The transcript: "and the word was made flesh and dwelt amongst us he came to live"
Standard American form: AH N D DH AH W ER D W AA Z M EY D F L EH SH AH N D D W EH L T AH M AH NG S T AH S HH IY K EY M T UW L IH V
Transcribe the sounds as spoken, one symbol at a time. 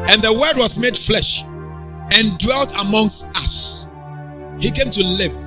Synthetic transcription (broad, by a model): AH N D DH AH W ER D W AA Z M EY D F L EH SH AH N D D W EH L T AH M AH NG S T AH S HH IY K EY M T UW L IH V